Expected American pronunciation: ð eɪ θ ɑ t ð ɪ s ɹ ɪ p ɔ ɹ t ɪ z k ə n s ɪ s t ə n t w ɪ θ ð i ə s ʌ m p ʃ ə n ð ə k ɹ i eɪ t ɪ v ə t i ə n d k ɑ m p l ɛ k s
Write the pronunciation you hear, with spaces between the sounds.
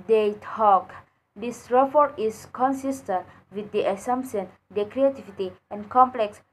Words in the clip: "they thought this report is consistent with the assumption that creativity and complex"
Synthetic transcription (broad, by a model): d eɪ t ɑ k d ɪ s ɹ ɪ f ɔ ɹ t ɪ s k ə n s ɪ s t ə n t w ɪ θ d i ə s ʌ m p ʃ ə n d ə k ɹ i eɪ t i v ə t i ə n k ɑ m p l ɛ k s